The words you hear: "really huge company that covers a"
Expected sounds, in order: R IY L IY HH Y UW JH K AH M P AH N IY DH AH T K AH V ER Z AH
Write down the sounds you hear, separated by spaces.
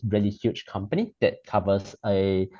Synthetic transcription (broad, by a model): R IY L IY HH Y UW CH K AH M P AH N IY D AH T K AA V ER S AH